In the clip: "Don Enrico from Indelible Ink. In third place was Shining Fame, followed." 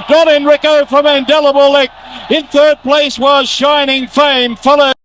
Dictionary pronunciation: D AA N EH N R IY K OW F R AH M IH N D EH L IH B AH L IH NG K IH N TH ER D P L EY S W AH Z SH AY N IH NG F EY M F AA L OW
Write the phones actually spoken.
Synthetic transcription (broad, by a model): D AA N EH N R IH K OW F R AH M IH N D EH L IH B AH L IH K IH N TH ER D P L EY S W AH Z SH AY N IH NG F EY M F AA L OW